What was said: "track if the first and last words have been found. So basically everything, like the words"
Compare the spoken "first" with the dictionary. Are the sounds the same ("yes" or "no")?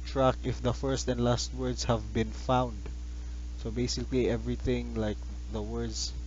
yes